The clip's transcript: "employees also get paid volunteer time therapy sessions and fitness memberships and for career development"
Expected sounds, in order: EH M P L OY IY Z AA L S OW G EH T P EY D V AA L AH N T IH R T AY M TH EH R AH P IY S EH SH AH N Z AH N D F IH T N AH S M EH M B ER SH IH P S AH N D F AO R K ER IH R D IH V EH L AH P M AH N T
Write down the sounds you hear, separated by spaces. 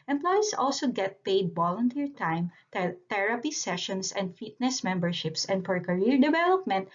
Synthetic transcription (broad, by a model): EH M P L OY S AA L S OW G EH T P EY D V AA L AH N T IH R T AY M T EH R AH P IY S EH SH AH N S AH N D F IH T N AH S M EH M B ER SH IH P S AH N D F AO R K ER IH R D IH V EH L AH P M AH N T